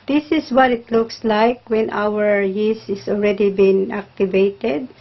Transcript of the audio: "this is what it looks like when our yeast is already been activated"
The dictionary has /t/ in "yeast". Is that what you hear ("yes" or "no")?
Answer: no